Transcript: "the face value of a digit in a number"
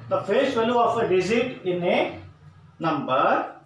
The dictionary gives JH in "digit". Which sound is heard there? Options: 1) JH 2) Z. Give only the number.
2